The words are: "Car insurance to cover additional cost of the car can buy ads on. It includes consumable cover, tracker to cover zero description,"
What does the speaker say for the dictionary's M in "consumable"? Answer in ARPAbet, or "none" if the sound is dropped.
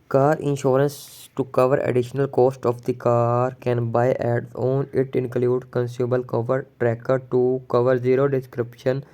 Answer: none